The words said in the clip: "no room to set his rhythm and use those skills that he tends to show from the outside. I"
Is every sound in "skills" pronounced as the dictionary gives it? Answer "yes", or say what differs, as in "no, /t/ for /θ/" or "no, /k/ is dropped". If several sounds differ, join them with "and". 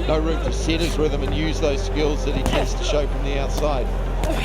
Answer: yes